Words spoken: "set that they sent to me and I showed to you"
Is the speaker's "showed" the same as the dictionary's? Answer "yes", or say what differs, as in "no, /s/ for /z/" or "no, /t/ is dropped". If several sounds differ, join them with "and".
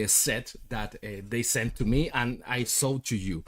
no, /s/ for /ʃ/